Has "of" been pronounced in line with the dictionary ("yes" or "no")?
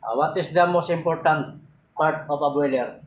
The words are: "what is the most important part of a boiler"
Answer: no